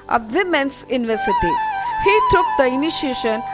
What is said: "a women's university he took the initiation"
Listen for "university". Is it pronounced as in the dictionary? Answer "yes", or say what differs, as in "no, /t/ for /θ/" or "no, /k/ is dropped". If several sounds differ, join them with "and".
yes